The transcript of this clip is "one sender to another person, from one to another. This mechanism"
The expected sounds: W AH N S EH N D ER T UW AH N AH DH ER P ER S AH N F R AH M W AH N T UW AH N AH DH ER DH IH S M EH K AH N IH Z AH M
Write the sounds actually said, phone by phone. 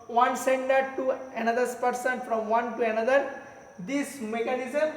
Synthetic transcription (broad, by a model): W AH N S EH N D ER T UW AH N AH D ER P ER S AH N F R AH M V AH N T UW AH N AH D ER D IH S M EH K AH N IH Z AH M